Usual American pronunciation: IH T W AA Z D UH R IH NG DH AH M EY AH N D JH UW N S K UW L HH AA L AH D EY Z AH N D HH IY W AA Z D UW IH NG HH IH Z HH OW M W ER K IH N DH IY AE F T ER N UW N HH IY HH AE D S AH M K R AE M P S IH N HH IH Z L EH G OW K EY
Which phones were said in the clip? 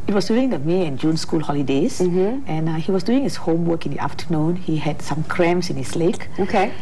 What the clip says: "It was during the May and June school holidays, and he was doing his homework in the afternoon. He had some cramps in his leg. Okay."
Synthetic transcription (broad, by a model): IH T W AA S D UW IH NG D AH M EY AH N JH UW N S K UW L HH AA L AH D EY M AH N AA HH IY W AA S D UW IH NG HH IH S HH OW M W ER K IH N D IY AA F T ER N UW N HH IY HH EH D S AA M K R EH M S IH N HH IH S L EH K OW K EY